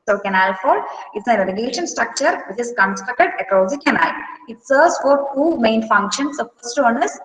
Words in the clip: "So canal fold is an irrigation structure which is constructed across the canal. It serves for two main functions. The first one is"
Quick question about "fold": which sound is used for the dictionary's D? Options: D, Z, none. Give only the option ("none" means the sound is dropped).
none